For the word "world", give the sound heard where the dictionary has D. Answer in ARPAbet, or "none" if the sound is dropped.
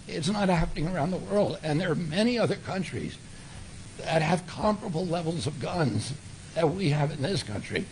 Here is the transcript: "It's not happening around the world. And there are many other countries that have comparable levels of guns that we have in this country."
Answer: D